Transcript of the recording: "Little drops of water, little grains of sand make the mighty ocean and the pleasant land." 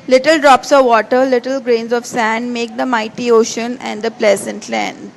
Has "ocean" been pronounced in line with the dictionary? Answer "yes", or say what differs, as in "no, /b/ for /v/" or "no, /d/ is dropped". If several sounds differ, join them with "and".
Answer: yes